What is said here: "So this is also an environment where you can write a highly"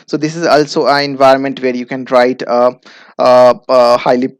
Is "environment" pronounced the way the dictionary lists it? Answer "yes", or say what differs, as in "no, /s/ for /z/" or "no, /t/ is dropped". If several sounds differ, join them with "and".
yes